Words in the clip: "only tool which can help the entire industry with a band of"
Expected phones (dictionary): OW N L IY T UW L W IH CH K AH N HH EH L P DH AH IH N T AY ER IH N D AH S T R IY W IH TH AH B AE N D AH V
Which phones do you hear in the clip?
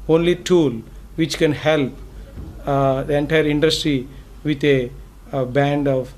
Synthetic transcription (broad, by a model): OW N L IY T UW L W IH CH K AH N HH EH L P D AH IH N T AY ER IH N D AH S T R IY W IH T AH B AE N D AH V